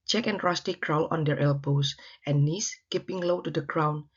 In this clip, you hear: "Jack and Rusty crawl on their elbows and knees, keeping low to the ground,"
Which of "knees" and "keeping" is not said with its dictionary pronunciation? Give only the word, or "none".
knees